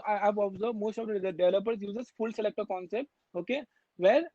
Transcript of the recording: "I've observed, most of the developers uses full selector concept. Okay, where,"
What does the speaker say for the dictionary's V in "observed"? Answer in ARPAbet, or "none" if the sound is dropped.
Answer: none